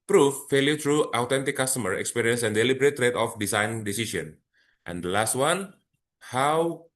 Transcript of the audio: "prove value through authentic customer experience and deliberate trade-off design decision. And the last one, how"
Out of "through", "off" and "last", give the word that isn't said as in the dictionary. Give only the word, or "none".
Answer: through